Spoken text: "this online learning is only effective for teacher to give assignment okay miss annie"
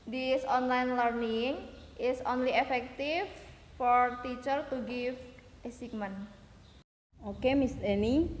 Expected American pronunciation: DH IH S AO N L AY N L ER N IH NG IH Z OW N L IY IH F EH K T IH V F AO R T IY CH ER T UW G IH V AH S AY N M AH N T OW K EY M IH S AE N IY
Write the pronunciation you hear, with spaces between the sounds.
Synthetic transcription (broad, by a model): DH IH S AO N L AY N L ER N IH NG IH S OW N L IY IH F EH K T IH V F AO R T IY CH ER T UW G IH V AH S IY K M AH N OW K EY M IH S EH N IY